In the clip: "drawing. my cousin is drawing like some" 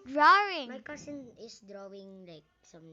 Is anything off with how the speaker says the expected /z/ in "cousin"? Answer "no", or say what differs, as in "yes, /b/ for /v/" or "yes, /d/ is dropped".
yes, /s/ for /z/